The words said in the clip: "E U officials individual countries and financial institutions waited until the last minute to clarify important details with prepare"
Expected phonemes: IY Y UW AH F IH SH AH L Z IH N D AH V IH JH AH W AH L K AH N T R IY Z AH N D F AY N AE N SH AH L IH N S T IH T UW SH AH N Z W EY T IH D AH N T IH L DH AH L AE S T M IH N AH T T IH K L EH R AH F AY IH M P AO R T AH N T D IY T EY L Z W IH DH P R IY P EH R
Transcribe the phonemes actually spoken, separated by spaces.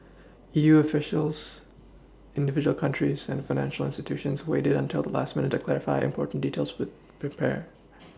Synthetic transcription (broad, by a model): IY Y UW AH F IH SH L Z IH N D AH V IH JH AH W L K AH N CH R IY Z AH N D F AY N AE N SH L IH N S T IH T UW SH AH N Z W EY T IH D AH N T IH L DH AH L AE S T M IH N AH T T IH K L EH R AH F AY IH M P AO R T N D IY T EY L Z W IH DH P R IY P EH R